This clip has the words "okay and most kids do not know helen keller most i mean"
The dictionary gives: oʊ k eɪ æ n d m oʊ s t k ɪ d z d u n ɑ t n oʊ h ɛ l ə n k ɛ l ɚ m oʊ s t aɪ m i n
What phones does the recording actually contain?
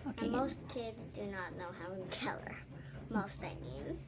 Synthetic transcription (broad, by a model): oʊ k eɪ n m oʊ s t k ɪ d z d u n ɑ t n oʊ h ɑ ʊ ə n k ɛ l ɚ m oʊ s t aɪ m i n